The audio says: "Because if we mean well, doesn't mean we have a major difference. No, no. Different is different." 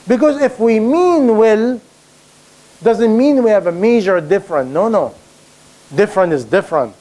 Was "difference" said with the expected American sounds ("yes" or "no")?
no